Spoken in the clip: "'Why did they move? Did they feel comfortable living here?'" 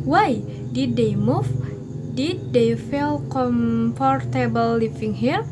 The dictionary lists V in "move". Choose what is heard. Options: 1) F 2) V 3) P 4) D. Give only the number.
1